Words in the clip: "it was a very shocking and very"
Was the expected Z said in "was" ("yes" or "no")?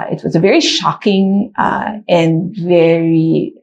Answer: yes